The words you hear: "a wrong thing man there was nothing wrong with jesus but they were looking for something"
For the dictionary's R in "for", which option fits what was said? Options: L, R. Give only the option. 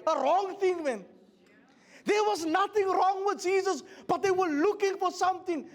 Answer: R